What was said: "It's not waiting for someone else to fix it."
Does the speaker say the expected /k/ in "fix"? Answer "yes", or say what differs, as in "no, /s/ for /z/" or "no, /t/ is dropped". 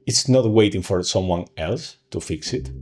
yes